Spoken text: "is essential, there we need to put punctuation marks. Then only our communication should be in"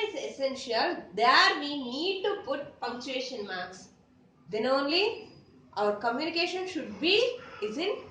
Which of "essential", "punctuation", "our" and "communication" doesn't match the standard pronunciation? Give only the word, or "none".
punctuation